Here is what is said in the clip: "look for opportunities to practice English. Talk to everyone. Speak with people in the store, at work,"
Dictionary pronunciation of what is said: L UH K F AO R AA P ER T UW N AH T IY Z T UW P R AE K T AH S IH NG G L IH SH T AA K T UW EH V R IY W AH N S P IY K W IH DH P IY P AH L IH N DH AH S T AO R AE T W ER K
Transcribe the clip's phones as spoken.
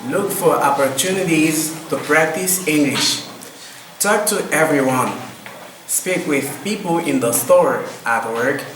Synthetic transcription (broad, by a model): L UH K F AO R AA P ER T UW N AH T IY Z T UW P R AE K T AH S IH NG G L IH SH T AA K T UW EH V R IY W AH N S P IY K W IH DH P IY P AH L IH N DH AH S T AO R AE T W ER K